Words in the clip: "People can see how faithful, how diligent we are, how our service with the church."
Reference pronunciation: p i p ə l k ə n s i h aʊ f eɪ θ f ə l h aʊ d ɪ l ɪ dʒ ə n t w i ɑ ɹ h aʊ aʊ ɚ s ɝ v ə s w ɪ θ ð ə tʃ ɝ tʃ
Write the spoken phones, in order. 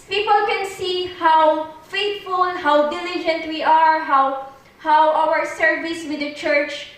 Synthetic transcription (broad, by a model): p i p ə l k ə n s i h aʊ f eɪ t f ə l h aʊ d ɪ l ɪ dʒ ə n t w i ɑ ɹ h aʊ aʊ ɚ s ɝ v ə s w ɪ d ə tʃ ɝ tʃ